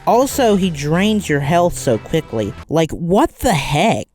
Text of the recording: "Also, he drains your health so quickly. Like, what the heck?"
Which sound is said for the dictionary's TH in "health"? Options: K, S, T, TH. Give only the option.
TH